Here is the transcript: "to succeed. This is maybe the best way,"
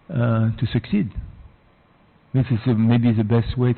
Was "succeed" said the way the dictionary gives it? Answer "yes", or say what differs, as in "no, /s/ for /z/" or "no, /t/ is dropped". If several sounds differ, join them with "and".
yes